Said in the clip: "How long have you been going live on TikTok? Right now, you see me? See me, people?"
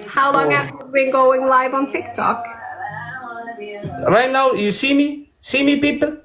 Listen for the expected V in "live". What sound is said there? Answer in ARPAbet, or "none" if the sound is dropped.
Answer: V